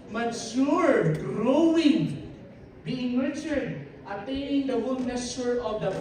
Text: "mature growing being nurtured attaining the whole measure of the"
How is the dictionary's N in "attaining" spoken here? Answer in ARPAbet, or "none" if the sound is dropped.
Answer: none